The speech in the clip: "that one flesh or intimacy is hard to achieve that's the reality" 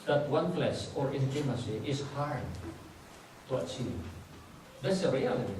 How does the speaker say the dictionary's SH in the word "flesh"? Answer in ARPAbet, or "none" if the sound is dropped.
S